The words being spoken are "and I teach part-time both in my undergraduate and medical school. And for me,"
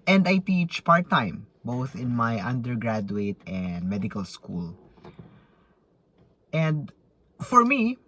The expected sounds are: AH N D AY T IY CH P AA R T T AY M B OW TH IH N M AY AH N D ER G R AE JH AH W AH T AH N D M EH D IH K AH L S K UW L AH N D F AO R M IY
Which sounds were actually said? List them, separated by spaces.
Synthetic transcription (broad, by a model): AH N D AY T IY CH P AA R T T AY M B OW TH IH N M AY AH N D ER G R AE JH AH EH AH T AH N D M EH D IH K AH L S K UW L AH N D F AO R M IY